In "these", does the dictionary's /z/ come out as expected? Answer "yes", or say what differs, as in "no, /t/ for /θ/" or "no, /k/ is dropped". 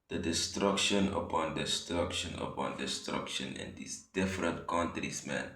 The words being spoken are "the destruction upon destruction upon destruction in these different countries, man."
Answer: no, /s/ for /z/